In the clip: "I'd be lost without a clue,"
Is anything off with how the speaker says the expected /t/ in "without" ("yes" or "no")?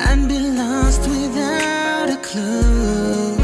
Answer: no